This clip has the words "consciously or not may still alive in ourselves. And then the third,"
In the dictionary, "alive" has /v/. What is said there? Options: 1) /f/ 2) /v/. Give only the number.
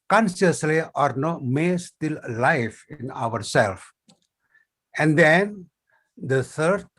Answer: 1